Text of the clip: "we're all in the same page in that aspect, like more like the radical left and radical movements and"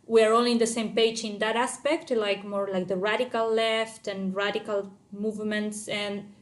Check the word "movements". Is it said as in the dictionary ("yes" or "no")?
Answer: yes